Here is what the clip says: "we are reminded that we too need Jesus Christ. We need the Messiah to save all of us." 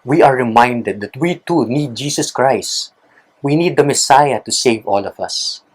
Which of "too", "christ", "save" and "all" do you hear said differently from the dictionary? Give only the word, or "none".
none